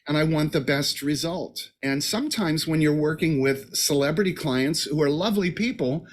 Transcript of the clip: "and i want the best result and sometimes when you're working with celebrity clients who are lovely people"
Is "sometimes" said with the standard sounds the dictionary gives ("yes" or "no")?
yes